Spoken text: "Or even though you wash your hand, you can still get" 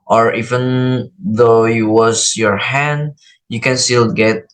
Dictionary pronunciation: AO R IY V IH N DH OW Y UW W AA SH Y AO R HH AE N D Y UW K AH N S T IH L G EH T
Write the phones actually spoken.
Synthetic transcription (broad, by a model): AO R IY V IH N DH OW Y UW W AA S Y AO R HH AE N D Y UW K AH N S T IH L G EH T